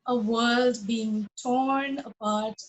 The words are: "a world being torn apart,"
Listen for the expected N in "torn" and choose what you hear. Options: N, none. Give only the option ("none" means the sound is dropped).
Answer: N